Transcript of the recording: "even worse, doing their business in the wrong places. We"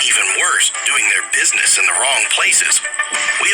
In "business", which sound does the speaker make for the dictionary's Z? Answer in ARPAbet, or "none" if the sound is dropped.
Z